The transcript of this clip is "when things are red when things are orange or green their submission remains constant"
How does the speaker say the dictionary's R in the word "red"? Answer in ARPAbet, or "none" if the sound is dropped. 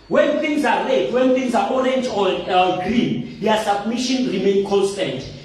L